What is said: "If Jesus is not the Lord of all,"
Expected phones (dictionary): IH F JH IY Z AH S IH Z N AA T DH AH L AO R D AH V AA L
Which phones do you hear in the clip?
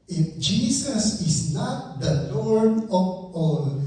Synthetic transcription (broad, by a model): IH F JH IY S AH S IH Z N AA T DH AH N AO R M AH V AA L